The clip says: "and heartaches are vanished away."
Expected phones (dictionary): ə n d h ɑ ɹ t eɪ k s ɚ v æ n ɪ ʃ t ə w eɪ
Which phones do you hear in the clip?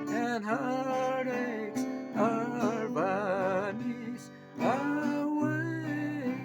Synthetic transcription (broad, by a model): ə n h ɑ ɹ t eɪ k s ɚ b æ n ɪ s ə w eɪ